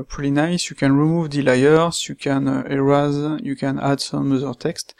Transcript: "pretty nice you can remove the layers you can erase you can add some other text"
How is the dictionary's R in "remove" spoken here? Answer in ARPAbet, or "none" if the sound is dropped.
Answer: R